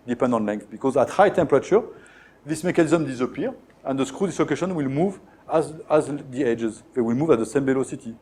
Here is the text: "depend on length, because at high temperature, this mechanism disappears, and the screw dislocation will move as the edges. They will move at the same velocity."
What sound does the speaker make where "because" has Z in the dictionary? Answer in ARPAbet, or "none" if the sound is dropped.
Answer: Z